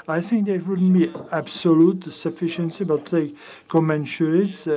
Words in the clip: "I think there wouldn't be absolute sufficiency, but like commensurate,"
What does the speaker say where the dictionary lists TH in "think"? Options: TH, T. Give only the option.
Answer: TH